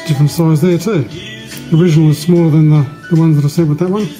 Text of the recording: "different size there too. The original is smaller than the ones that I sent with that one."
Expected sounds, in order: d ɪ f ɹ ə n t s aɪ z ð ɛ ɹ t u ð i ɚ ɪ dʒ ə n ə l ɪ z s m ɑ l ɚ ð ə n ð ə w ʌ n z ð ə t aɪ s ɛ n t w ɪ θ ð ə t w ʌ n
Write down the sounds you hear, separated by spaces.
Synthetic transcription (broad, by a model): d ɪ f ɹ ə n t s aɪ z ð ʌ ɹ t u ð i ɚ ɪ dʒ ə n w ɪ z s m ɑ l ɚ ð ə n ð ə w ʌ n z ð ə t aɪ s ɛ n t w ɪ ð ə t w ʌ n